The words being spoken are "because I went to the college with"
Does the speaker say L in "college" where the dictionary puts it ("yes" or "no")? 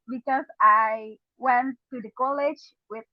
yes